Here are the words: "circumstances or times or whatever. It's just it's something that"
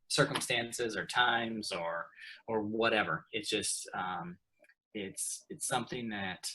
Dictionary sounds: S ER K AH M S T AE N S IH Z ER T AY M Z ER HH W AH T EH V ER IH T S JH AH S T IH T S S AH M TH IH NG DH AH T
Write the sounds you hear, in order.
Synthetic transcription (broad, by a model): S ER K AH M S T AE N S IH Z ER T AY M Z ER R W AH T EH V ER IH T S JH AH S T IH T S S AH M TH IH NG DH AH T